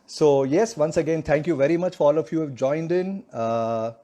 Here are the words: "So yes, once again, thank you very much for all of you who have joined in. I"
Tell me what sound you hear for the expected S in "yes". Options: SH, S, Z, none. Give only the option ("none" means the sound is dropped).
S